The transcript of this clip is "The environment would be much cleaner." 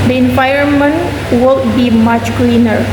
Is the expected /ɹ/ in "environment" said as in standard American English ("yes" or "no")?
no